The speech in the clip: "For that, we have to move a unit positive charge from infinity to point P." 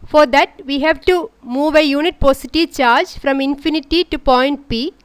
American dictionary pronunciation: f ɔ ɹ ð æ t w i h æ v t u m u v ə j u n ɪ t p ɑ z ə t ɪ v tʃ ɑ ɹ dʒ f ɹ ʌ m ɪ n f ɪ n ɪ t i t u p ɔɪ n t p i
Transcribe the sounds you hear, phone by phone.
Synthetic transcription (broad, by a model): f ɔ ɹ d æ t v i h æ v t u m u v ə j u n ɪ t p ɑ s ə t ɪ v tʃ ɑ ɹ dʒ f ɹ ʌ m ɪ n f ɪ n ɪ t i t u p ɔɪ n t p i